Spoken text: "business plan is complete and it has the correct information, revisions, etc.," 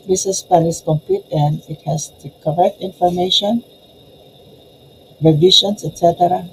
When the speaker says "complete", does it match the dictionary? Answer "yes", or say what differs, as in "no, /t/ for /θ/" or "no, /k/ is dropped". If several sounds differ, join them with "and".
no, /l/ is dropped